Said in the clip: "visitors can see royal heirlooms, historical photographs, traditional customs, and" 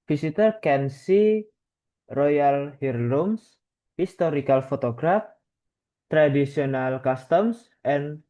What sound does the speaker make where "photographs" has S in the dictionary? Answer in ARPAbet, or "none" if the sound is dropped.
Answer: none